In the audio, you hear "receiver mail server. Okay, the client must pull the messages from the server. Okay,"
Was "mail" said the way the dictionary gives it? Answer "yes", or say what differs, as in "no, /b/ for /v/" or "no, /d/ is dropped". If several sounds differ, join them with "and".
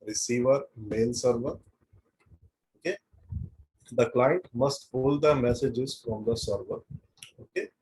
yes